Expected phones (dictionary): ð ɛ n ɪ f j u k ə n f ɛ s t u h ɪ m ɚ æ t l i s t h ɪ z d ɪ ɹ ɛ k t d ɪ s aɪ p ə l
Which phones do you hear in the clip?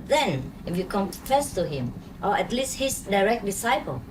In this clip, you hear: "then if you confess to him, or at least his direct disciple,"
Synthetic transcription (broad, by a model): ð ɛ n ɪ f j u k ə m f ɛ s t u h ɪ m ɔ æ t l i s t h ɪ s d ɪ ɹ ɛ k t d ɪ s aɪ p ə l